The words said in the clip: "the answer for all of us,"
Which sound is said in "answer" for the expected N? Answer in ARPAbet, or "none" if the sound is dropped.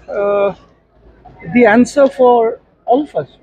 N